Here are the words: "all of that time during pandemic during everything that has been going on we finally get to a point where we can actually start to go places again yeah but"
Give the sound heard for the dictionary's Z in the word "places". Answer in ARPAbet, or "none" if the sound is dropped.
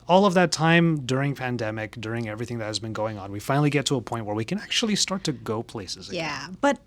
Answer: Z